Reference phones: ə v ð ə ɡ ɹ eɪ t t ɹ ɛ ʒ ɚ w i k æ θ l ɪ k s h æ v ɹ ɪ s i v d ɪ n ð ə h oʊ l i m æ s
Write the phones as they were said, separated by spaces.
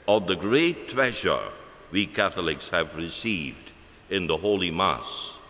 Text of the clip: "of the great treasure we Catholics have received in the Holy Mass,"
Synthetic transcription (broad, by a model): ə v ð ə ɡ ɹ eɪ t t ɹ ɛ ʒ ɚ w i k æ θ l ɪ k s h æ v ɹ ɪ s i v d ɪ n ð ə h oʊ l i m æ s